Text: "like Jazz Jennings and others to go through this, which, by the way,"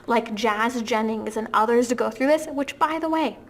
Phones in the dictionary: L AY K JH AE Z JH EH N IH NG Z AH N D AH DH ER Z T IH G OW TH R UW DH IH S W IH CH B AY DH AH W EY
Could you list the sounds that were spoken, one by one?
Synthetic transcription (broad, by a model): L AY K JH AE Z JH EH N IH NG Z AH N AH DH ER Z T IH G OW TH R UW DH IH S W IH CH B AY DH AH W EY